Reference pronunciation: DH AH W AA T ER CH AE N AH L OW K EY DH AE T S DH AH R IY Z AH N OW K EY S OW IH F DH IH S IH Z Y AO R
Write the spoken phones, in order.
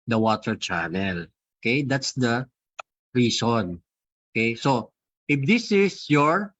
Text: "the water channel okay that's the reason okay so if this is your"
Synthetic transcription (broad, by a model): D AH W AA T ER CH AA N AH L OW K EY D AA T S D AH R IY S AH N OW K EY S OW IH F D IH S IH S Y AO R